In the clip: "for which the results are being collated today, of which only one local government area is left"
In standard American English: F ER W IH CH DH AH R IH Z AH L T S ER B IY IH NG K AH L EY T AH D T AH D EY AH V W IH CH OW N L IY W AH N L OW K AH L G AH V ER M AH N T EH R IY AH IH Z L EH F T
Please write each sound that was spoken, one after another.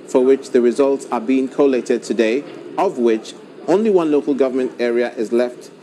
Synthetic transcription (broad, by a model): F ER W IH CH DH AH R IH Z AH L T S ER B IY IH NG K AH L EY T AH D T AH D EY AH V W IH CH OW N L IY W AH N L OW K AH L G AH V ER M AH N T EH R IY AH IH Z L EH F T